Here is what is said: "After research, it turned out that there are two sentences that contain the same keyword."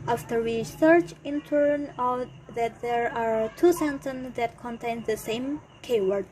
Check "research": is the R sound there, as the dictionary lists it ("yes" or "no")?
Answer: no